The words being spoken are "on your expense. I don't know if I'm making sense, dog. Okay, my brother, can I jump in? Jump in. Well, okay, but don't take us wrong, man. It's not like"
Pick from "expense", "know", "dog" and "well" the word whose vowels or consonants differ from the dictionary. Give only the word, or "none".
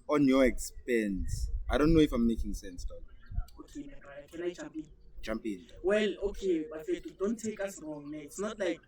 dog